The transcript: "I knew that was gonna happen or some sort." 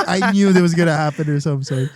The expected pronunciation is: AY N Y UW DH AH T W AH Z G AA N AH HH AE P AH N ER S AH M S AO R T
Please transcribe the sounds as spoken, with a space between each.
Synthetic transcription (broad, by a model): AY N Y UW DH AH T W AH Z G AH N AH HH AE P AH N ER S AH M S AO